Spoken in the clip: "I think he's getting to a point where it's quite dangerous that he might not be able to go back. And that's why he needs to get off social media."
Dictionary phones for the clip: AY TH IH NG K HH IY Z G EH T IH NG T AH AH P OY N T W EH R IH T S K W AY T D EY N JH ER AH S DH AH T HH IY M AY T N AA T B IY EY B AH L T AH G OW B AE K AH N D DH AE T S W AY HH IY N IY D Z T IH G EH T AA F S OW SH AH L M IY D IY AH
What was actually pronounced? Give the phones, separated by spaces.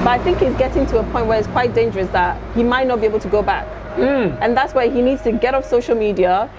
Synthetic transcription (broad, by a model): AY TH IH NG K HH IY Z G EH T IH NG T AH AH P OY N T W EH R IH T S K W AY T D EY N JH ER AH S DH AH T HH IY M AY T N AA T B IY EY B AH L T AH G OW B AE K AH N DH AE T S W AY HH IY N IY D Z T IH G EH T AA F S OW SH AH L M IY D IY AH